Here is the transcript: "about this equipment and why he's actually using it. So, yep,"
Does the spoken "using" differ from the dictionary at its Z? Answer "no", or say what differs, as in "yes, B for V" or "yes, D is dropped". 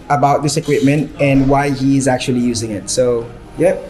no